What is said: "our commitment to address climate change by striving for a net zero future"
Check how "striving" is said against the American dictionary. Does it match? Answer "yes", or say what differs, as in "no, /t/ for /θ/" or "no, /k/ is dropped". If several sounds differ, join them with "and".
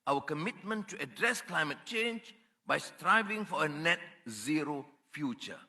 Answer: yes